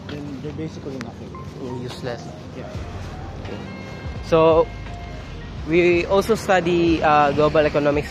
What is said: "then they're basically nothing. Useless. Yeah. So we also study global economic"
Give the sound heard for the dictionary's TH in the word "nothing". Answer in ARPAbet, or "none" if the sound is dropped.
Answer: F